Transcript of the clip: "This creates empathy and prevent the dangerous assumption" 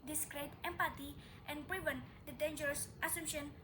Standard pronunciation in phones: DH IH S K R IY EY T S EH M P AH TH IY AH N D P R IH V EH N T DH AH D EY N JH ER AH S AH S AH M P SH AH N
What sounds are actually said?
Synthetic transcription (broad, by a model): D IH S K R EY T EH M P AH T IY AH N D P R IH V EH N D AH D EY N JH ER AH S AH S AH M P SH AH N